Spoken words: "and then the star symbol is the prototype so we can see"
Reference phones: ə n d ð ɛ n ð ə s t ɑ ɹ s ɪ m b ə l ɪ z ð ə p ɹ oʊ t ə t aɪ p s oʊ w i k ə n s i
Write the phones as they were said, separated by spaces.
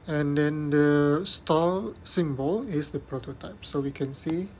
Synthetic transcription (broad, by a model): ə n d ɛ n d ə s t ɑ l s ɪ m b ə l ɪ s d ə p ɹ oʊ t ə t aɪ p s oʊ w i k ə n s i